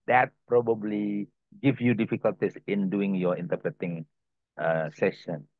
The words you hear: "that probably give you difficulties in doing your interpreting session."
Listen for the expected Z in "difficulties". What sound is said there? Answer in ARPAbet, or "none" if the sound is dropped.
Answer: S